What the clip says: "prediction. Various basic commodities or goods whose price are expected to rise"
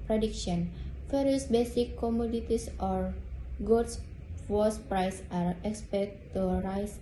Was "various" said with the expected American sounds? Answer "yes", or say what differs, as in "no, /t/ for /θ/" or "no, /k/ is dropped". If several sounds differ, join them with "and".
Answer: no, /f/ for /v/